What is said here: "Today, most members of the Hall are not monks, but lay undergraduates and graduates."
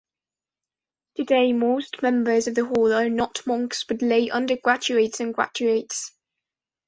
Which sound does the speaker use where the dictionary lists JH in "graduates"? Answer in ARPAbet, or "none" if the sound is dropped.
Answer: CH